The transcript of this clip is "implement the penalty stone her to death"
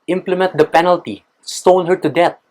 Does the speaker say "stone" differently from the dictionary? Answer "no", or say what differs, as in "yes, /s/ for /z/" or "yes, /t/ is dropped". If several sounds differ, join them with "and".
yes, /l/ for /n/